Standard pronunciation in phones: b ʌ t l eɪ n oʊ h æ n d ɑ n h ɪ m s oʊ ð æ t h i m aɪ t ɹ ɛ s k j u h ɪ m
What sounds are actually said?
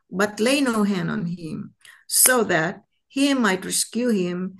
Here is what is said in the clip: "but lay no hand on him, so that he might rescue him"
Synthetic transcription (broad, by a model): b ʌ t l eɪ n oʊ h æ n d ɑ n h ɪ m s oʊ ð æ t h i m aɪ t ɹ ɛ s k j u h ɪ m